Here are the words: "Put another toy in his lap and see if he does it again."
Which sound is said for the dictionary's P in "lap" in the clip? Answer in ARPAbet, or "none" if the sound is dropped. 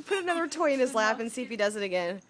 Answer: F